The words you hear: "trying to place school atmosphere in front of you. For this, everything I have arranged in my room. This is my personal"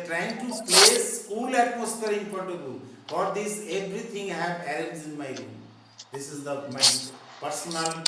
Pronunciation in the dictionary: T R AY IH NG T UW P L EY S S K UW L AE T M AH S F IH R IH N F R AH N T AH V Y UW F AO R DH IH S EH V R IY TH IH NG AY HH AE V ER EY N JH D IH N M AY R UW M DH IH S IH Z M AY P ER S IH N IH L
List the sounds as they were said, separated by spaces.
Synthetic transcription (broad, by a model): T R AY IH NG T UW P L EY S S UW L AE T M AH S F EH R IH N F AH T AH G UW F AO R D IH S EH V R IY T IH NG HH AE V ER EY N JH IH N M AY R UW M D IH S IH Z M AY P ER S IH N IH L